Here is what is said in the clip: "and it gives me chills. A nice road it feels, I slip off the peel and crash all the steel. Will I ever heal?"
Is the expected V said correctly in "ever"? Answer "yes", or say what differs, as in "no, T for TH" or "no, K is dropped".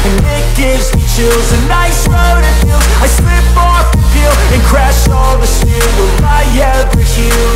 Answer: no, V is dropped